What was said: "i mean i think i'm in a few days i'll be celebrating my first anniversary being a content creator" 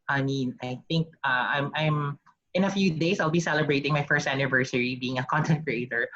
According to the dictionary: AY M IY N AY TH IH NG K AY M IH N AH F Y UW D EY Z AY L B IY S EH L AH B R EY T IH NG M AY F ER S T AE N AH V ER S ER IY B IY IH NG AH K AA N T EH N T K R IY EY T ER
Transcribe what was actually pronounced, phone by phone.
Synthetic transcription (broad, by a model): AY M IY N AY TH IH NG K AY M IH N AH F Y UW D EY S AY L B IY S EH L AH B R EY T IH NG M AY F ER S T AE N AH V ER S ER IY B IY IH NG AH K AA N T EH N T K R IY EY T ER